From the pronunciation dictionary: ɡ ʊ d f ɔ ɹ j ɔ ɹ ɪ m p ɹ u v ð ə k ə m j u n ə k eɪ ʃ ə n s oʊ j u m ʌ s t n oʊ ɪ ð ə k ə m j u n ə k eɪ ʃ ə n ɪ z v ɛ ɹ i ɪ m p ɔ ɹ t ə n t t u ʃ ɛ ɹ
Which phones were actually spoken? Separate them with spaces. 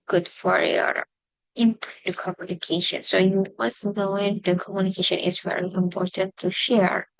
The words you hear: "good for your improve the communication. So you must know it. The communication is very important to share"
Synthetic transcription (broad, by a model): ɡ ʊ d f ɔ ɹ j ɔ ɹ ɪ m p u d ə k ə m j u n ə k eɪ ʃ ə n s oʊ j u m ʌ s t n oʊ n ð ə k ə m j u n ə k eɪ ʃ ə n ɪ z v ɛ ɹ i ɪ m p ɔ ɹ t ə n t t u ʃ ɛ ɹ